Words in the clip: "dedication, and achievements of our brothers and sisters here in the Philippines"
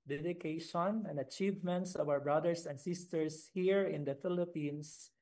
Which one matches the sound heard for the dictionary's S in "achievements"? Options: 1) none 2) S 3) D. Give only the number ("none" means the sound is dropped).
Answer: 2